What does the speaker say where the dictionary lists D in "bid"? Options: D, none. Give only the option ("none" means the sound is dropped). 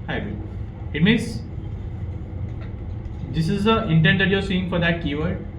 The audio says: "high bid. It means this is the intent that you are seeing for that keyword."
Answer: none